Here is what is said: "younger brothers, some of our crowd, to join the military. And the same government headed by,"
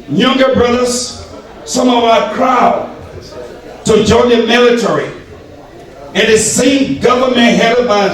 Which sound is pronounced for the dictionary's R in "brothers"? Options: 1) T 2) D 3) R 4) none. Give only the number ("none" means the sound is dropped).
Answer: 3